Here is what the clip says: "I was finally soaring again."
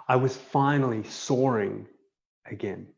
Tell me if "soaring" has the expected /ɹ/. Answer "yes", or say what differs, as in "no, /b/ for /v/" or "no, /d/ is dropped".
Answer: yes